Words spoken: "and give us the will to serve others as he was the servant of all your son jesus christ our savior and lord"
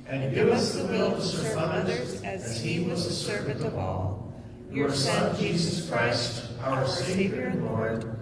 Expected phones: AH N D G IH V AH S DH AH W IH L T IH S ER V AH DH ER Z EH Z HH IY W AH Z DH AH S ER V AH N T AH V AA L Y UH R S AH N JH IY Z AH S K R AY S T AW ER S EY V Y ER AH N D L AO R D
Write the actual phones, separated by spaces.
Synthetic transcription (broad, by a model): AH N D G IH V AH S DH AH W IH L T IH S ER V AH ER IH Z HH IY W AH Z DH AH S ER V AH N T AH V AA L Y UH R S AH N JH IY Z AH S K R AY S T AW ER S EY V Y ER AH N L AO R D